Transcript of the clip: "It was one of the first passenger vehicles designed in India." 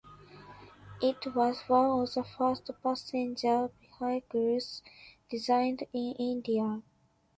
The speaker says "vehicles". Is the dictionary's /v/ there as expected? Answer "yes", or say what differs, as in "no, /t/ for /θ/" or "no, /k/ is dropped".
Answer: no, /b/ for /v/